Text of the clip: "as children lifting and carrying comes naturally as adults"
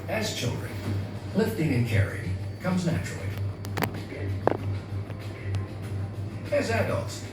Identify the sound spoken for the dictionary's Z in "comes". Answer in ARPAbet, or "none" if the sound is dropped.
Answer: Z